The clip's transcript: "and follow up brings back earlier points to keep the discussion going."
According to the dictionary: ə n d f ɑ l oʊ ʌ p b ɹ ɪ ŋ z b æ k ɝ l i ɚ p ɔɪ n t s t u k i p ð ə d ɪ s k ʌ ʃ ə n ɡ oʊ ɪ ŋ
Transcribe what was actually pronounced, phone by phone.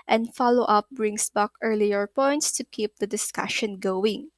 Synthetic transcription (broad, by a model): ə n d f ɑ l oʊ ʌ p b ɹ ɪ ŋ s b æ k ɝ l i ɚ p ɔɪ n t s t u k i p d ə d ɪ s k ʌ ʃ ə n ɡ oʊ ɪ ŋ